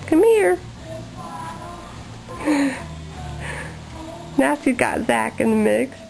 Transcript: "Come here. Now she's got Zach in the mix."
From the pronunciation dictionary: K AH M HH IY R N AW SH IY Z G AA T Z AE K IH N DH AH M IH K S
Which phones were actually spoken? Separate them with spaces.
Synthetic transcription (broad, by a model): K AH M HH IY R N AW S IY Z G AA T Z AE K IH N DH AH M IH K S